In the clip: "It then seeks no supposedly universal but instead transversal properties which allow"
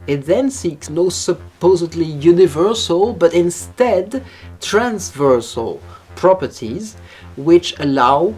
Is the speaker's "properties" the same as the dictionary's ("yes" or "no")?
yes